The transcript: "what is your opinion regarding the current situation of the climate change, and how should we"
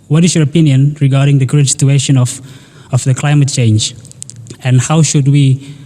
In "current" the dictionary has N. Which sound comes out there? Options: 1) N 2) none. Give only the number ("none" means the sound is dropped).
2